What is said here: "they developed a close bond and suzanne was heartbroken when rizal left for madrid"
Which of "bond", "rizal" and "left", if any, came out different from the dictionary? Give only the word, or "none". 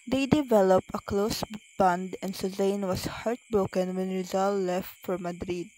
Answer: none